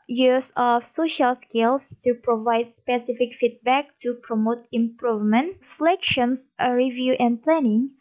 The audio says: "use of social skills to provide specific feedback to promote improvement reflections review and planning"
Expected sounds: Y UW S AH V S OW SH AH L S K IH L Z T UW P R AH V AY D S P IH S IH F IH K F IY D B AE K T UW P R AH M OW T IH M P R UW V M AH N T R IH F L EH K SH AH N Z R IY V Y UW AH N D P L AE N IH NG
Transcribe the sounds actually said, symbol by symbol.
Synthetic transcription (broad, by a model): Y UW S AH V S OW SH AH L S K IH L S T UW P R AH V AY D S P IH S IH F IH K F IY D B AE K T UW P R AH M OW T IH M P R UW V M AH N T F L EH K SH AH N S R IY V Y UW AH N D P L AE N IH NG